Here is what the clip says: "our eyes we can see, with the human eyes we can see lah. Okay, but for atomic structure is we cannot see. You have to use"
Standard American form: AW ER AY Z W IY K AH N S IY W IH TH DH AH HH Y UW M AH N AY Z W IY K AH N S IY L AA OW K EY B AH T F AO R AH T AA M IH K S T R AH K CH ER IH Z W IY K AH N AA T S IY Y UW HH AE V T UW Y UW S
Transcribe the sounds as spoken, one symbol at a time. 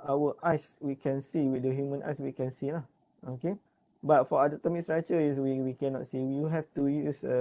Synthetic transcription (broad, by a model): AW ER AY S W IY K AH N S IY W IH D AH HH Y UW M AH N AY S W IY K AH N S IY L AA OW K EY B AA T F AO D AH T AA M IH K S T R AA CH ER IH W W IY K AH N AA T S IY Y UW HH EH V T UW Y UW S